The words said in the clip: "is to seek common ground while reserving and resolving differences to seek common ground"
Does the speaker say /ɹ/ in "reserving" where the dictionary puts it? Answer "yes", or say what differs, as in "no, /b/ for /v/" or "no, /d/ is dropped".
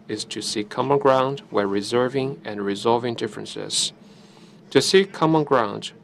yes